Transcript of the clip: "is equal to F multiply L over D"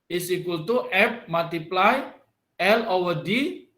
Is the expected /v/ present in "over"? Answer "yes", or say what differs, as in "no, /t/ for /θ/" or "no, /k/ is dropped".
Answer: no, /v/ is dropped